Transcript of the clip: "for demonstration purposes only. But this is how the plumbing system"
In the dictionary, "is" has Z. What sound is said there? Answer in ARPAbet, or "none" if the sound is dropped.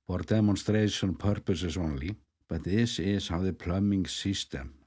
S